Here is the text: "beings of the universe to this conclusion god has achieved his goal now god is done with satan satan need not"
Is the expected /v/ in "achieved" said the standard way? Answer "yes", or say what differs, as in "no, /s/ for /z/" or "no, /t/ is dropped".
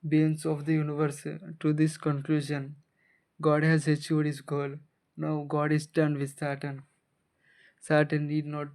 no, /v/ is dropped